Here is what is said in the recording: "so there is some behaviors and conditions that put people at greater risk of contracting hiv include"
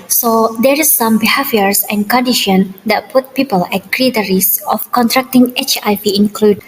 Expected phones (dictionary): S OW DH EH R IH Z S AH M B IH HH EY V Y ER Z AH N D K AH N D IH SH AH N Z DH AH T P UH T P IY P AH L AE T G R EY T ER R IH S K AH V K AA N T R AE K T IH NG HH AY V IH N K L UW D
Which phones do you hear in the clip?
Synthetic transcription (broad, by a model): S OW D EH R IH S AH M B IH HH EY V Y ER S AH N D K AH N D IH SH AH N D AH T P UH T P IY P AH L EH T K R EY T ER R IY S AH F K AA N T R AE K T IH NG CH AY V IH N K L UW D